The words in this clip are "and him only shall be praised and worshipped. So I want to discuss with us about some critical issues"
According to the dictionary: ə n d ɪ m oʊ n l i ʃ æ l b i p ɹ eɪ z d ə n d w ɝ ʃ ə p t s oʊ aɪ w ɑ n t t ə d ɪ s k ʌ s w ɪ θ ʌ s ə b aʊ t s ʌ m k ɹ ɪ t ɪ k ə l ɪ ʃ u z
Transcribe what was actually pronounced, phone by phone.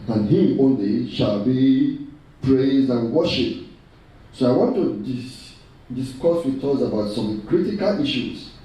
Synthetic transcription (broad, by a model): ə n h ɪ oʊ n l i ʃ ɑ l b i p ɹ eɪ z d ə n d w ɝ ʃ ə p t s oʊ aɪ w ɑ n t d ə d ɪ s k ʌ s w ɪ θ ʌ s ə b aʊ t s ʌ m k ɹ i t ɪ k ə l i ʃ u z